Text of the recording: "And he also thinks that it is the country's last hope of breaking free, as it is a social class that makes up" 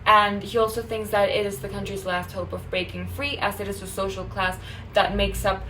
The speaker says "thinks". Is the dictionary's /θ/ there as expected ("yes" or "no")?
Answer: yes